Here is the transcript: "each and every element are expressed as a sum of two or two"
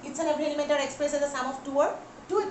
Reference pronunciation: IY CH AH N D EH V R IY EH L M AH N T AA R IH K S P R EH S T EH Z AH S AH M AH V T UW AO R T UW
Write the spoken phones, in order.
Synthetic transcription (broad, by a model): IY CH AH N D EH B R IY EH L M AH N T AA R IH K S P R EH S EH Z AH S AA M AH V T UW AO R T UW